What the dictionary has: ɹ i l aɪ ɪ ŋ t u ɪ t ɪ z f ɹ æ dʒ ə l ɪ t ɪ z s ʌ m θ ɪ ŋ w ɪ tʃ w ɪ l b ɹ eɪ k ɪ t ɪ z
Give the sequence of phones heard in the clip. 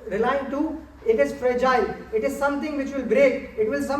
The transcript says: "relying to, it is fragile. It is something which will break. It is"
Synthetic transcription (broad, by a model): ɹ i l aɪ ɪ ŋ t u ɪ t ɪ z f ɹ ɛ dʒ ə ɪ ɪ t ɪ z s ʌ m t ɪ ŋ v ɪ tʃ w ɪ l b ɹ eɪ k ɪ t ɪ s